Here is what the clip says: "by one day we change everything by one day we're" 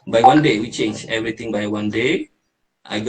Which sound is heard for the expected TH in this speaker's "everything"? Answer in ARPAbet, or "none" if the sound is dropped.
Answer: T